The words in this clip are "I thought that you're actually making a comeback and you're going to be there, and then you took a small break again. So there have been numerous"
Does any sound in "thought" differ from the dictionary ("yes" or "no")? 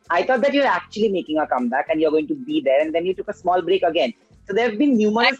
yes